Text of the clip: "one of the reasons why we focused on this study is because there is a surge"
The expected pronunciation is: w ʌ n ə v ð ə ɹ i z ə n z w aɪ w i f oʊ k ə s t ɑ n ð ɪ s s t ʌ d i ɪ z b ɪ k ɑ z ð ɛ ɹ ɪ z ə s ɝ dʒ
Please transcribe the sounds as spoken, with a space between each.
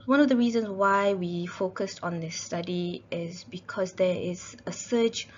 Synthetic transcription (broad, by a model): w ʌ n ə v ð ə ɹ i z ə n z w aɪ w i f oʊ k ə s t ɑ n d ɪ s s t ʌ d i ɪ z b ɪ k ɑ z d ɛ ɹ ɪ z ə s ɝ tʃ